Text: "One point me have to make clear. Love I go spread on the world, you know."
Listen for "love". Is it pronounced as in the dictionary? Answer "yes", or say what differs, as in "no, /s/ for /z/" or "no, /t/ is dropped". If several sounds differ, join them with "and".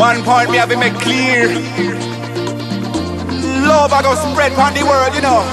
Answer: no, /b/ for /v/